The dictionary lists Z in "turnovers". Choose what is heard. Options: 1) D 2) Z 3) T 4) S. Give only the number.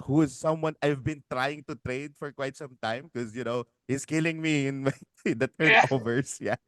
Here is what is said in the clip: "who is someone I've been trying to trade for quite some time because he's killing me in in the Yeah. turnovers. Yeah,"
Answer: 4